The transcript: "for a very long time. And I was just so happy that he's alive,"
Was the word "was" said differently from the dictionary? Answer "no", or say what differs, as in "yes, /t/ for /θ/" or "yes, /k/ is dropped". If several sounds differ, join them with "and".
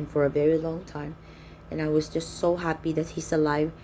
no